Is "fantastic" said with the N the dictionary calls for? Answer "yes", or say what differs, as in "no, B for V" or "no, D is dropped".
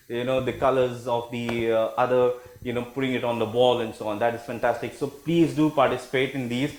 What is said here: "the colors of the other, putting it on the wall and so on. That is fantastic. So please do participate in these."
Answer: yes